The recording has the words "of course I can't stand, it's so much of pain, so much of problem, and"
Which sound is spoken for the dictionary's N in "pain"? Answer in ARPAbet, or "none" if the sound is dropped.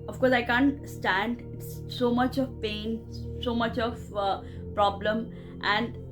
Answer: N